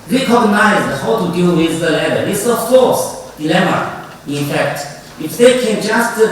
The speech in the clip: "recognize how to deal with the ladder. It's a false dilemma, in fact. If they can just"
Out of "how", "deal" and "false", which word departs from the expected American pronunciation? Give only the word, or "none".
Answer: false